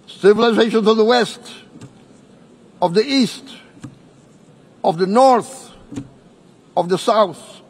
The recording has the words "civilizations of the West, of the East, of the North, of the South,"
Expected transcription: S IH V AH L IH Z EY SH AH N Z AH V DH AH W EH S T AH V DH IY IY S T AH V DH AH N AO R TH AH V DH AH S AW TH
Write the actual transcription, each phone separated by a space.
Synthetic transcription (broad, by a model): S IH V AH L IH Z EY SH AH N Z AH V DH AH W EH S T AH V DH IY IY S T AH V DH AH N AO R TH AH V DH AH S AW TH